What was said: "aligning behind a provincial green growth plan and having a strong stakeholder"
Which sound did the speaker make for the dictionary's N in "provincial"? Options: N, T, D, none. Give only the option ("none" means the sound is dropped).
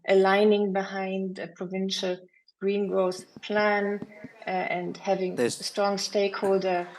N